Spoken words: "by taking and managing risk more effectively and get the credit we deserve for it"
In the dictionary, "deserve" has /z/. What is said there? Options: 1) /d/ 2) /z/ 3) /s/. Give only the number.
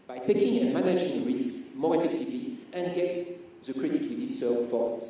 3